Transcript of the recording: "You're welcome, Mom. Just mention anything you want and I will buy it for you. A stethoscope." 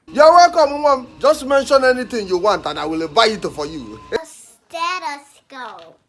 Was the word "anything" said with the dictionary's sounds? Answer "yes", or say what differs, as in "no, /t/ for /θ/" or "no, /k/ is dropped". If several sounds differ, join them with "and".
no, /t/ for /θ/